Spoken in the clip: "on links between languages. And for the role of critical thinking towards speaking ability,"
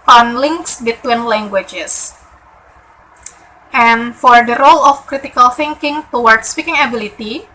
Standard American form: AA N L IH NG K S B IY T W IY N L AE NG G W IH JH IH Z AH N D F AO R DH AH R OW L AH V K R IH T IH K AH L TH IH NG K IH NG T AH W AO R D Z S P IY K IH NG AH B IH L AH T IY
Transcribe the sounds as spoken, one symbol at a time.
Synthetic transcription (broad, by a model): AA N L IH NG K S B IY T W IY N L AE NG G W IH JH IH S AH N F AO R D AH R OW L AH F K R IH T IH K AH L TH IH NG K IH NG T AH W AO R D S P IY K IH NG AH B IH L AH T IY